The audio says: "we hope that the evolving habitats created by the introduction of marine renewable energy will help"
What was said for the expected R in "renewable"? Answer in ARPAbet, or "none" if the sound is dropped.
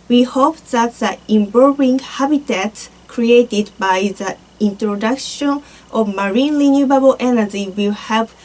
L